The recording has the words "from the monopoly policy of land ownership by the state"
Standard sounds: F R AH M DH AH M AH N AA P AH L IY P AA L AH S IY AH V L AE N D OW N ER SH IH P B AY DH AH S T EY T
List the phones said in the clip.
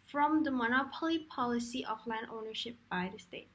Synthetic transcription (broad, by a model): F R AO M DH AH M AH N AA P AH L IY P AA L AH S IY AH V L AE N D OW N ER SH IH P B AY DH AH S T EY T